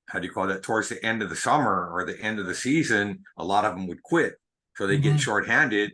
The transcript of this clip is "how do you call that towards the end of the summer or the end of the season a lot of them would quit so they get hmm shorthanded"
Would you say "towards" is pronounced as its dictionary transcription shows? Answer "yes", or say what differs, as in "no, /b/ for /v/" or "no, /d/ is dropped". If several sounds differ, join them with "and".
yes